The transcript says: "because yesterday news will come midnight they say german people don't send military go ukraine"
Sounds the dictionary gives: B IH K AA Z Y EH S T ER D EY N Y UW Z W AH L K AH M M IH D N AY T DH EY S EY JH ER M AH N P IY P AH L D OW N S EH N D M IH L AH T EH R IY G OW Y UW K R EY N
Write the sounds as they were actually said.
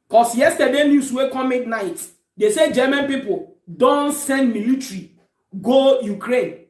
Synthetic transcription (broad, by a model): K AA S Y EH S T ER D EY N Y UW S W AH K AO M M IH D N AY T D EY S EY JH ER M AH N P IY P AH L D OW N S EH N D M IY L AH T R IY G OW Y UW K R EY N